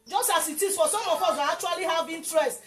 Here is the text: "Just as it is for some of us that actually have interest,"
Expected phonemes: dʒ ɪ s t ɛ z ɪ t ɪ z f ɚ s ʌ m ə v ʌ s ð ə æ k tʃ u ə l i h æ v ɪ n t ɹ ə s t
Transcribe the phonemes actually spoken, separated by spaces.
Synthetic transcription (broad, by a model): dʒ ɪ s t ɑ s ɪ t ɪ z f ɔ s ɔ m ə f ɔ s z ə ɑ k tʃ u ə l i h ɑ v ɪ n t ɹ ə s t